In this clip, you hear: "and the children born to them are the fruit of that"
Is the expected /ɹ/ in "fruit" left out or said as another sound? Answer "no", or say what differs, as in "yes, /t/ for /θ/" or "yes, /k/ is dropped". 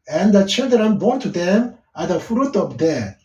no